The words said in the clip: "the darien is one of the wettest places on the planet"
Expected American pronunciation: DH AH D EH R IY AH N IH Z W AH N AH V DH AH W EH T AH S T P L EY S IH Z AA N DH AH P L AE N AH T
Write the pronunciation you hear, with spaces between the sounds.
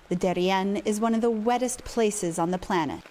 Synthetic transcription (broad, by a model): DH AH D EH R IY AH N IH Z W AH N AH V DH AH W EH T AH S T P L EY S IH Z N DH AH P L AE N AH T